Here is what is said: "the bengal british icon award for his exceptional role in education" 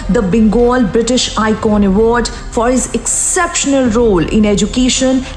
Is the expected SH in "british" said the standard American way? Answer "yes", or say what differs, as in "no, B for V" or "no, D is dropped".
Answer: yes